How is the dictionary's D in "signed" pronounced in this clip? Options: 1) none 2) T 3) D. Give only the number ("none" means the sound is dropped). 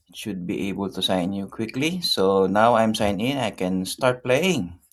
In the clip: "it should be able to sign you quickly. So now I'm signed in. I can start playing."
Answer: 1